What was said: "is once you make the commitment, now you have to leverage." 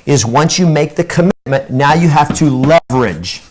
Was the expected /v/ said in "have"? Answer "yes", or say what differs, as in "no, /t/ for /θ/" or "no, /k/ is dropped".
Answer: no, /f/ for /v/